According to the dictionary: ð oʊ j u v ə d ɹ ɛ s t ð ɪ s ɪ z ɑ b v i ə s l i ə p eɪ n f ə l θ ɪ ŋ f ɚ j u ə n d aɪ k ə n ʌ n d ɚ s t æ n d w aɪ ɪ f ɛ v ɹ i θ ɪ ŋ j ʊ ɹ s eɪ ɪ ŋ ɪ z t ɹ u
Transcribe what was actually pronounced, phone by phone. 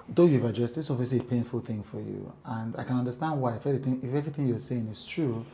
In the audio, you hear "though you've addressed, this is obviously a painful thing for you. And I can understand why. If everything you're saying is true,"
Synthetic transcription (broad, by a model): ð oʊ j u v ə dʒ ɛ s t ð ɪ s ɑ v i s i p eɪ n f ə l θ ɪ ŋ f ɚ j u ə n d aɪ k ə n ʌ n d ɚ s t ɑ n d w aɪ ɪ f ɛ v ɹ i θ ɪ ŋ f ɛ ɹ s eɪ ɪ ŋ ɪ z t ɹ u